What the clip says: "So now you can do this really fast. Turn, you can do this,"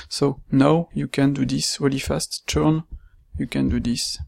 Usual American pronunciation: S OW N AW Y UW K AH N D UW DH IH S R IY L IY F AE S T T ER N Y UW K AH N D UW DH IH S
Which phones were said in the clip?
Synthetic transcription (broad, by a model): S OW N AW Y UW K AH N D UW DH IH S W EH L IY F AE S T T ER N Y UW K AH N D UW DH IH S